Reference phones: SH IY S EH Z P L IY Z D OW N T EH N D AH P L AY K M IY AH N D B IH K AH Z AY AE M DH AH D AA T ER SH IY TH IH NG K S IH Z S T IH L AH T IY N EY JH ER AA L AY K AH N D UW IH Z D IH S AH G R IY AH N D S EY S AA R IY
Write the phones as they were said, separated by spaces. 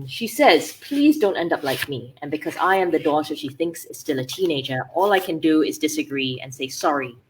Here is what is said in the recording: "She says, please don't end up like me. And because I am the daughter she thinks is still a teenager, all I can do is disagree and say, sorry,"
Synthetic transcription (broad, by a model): SH IY S EH Z P L IY Z D OW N T EH N D AH P L AY K M IY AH N B IH K AH Z AY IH M DH AH D AA T ER SH IY TH IH NG K S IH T S T IH L AH T IY N EY JH ER AA L AY K AH N D UW IH Z D IH S AH G R IY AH N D S EY S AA R IY